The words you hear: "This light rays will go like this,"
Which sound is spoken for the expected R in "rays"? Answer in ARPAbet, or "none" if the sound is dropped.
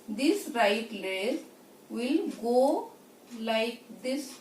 L